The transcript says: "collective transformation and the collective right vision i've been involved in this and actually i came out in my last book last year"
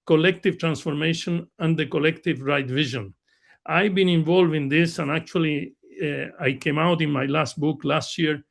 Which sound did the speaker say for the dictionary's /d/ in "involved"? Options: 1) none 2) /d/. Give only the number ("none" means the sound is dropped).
1